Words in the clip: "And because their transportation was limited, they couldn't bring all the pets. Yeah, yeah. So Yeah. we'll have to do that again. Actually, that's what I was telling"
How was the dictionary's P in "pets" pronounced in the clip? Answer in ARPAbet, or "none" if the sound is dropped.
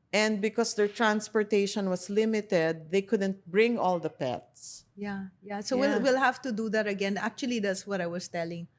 P